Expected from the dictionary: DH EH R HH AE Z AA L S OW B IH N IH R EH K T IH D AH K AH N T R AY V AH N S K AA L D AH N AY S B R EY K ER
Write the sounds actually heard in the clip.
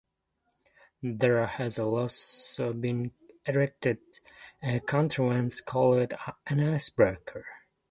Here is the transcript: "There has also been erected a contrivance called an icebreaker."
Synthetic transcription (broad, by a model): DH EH R HH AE Z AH L S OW B IH N IH R EH K T IH D AH K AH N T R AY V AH N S K AA L D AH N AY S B R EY K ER